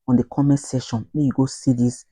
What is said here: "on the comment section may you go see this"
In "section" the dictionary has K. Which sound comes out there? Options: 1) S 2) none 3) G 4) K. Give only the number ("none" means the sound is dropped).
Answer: 2